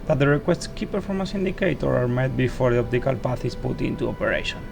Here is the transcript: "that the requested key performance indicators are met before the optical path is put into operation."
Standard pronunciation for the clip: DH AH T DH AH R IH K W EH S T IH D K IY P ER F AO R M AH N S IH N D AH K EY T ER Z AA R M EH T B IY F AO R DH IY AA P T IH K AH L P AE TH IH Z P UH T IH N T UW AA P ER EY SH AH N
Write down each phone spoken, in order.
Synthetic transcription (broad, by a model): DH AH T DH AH R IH K W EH S T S K IY P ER F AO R M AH S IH N D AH K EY T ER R AA R M EH T B IY F AO R DH IY AA P T IH K AH L P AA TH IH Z P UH T IH N T UW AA P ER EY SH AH N